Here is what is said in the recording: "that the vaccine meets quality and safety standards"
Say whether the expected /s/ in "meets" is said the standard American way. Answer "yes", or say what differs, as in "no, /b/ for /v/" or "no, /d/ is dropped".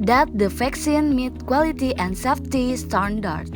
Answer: no, /s/ is dropped